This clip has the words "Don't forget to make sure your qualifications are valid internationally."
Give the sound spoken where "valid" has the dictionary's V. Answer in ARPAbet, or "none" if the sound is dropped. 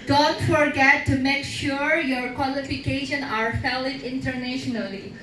F